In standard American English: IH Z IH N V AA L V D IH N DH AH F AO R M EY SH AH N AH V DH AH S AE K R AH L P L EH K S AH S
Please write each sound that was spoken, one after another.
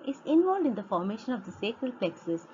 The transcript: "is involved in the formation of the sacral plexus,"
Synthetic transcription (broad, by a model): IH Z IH N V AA L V D IH N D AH F AO R M EY SH AH N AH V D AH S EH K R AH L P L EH K S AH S